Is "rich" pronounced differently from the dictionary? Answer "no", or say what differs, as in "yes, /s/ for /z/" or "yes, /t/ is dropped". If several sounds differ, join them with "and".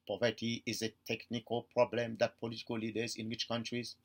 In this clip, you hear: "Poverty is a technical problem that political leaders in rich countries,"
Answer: yes, /w/ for /ɹ/